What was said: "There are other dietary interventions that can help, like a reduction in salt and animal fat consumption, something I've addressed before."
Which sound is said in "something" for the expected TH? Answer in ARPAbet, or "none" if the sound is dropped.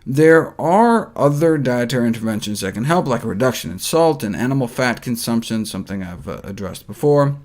TH